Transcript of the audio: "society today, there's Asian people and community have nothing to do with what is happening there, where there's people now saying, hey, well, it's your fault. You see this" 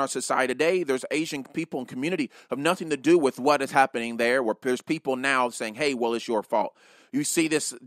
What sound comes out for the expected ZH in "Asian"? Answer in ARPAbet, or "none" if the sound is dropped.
ZH